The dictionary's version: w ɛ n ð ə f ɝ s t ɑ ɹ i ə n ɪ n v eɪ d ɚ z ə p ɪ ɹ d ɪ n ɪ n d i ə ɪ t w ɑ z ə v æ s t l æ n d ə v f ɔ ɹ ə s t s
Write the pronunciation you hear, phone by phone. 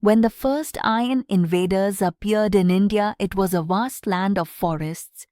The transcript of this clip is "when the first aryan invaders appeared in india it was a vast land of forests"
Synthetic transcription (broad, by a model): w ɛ n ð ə f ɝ s t ɑ i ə n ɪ n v eɪ d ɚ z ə p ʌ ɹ d ɪ n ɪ n d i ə ɪ t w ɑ z ə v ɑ s t l æ n d ə v f ɔ ɹ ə s t s